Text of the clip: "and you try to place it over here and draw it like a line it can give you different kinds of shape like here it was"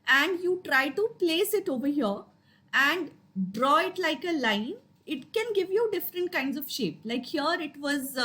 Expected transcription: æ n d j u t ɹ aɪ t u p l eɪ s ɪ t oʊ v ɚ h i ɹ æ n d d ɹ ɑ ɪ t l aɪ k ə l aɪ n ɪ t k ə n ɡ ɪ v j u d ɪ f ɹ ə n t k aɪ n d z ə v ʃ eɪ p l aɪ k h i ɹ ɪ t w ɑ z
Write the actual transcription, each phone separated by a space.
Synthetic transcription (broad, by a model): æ n d j u t ɹ aɪ t u p l eɪ s ɪ t oʊ v ɚ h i ɹ æ n d d ɹ ɑ ɪ t l aɪ k ə l aɪ n ɪ t k ə n ɡ ɪ v j u d ɪ f ɹ ə n t k aɪ n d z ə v ʃ eɪ p l aɪ k h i ɹ ɪ t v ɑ z